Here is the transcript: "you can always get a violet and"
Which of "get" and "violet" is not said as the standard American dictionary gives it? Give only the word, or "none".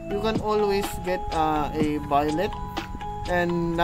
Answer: violet